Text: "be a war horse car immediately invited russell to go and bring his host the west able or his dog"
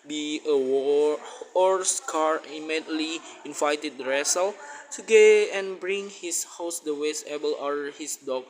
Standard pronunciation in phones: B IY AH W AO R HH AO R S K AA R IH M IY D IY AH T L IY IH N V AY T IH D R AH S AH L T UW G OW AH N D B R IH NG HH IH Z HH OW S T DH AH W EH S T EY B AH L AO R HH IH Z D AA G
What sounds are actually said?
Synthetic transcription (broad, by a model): B IY AH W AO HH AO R S K AA R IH M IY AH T L IY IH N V AY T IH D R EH S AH L T UW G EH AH N B R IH NG HH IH S HH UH S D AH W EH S EY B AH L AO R HH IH S D AA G